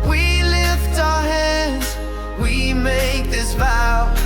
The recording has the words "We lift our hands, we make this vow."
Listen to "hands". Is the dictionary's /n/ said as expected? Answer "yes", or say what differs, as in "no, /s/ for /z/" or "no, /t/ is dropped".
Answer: no, /n/ is dropped